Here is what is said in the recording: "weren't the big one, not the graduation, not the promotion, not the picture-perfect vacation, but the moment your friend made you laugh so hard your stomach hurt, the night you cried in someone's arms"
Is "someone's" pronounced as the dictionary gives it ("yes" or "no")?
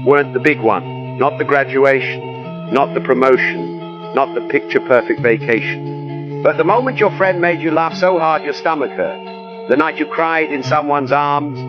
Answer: yes